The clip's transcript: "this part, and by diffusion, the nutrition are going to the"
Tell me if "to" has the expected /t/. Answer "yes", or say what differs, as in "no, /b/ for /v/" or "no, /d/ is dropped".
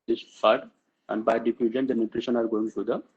no, /s/ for /t/